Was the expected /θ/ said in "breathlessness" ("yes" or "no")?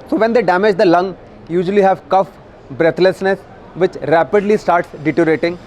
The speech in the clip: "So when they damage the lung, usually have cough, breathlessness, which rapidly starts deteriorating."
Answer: no